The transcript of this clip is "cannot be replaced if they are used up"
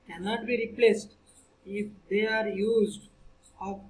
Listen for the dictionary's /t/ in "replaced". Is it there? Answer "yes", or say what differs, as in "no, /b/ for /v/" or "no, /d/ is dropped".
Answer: yes